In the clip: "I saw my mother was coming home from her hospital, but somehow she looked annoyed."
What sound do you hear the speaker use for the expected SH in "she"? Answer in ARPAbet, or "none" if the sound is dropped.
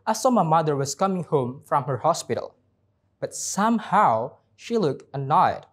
SH